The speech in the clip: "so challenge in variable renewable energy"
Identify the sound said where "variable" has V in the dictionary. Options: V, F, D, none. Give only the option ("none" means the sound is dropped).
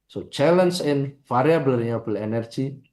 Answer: F